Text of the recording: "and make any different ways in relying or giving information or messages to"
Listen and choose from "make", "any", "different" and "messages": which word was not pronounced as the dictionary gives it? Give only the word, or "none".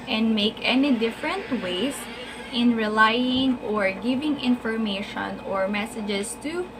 messages